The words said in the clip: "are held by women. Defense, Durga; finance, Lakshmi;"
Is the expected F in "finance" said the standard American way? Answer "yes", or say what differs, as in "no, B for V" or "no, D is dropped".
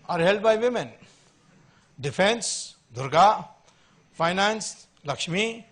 no, P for F